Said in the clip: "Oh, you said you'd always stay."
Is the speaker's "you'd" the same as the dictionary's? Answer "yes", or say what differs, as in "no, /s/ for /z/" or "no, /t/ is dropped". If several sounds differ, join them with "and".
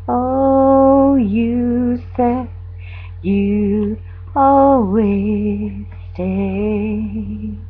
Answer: no, /d/ is dropped